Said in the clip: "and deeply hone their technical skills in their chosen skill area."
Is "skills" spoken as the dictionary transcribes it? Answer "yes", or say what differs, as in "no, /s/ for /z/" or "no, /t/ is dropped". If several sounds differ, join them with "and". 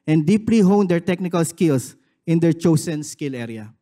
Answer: no, /s/ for /z/